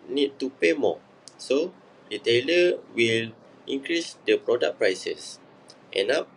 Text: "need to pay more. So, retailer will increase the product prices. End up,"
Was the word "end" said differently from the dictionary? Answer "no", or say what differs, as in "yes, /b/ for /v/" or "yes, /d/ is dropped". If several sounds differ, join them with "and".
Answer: yes, /d/ is dropped